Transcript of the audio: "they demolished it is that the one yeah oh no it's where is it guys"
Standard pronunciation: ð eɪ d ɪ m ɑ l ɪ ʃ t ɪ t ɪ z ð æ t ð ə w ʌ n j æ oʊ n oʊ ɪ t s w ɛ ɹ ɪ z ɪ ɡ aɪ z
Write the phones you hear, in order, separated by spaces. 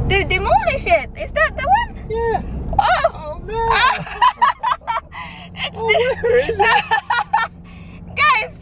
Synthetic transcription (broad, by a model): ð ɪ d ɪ m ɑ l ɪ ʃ ɪ t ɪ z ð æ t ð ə w ʌ n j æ oʊ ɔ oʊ ɪ t s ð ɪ ɪ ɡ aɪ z